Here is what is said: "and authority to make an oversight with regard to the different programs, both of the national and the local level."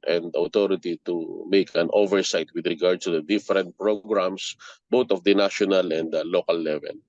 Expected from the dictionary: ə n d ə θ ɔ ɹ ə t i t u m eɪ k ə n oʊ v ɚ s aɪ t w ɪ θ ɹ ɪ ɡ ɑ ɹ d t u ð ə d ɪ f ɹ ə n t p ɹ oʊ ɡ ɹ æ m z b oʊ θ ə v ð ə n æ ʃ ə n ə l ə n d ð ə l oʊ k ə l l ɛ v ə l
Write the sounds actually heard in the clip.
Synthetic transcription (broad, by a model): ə n d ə t ɔ ɹ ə t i t u m eɪ k ə n oʊ v ɚ s aɪ t w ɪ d ɹ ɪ ɡ ɑ ɹ d t u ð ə d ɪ f ɹ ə n t p ɹ oʊ ɡ ɹ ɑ m s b oʊ t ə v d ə n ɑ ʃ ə n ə l ə n d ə l oʊ k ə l l ɛ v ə l